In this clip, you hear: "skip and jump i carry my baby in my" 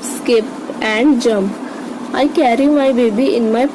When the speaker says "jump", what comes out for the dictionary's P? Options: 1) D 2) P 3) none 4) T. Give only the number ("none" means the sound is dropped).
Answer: 3